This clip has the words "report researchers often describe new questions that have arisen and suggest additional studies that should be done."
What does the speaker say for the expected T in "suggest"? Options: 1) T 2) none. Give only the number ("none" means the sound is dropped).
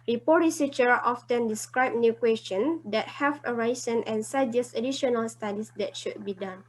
2